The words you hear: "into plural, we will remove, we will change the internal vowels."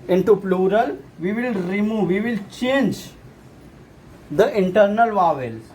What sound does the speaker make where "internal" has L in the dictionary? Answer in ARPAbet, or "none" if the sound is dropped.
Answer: L